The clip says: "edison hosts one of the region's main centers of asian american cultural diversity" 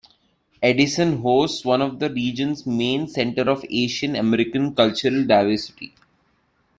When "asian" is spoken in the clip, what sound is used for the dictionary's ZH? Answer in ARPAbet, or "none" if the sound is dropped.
SH